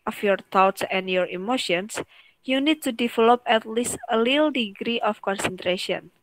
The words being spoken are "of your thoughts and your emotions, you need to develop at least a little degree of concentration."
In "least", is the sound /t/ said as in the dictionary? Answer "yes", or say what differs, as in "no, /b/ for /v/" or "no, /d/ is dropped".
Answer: yes